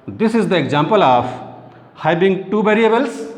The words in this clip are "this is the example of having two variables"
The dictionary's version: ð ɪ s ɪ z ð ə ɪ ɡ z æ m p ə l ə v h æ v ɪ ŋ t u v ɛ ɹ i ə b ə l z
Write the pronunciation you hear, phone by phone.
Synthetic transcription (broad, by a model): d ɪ s ɪ z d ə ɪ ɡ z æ m p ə l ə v h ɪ b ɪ ŋ t u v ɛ ɹ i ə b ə l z